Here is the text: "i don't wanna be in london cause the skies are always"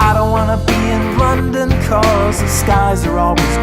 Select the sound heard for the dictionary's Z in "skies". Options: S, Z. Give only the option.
Z